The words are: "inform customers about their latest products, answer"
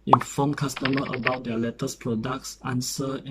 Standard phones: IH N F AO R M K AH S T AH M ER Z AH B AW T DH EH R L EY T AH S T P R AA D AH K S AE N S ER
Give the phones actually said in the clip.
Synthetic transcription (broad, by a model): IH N F AO M K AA S T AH M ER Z AH B AW T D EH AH L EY T AH S P R AA D AH K S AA N S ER